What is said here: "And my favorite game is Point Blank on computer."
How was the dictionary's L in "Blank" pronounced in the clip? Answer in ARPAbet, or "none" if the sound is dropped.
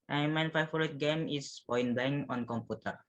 none